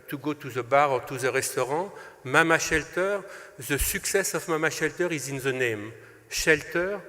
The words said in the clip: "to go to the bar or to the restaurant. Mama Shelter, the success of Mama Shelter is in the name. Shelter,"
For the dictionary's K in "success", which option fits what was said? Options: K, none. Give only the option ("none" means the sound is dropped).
K